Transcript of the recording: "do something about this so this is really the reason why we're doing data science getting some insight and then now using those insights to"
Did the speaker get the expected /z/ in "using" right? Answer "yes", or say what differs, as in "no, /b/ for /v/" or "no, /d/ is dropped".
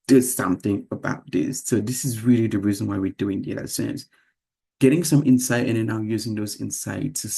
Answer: yes